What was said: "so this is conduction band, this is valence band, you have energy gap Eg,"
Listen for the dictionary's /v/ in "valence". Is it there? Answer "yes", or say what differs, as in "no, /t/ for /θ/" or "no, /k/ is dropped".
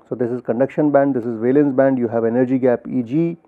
yes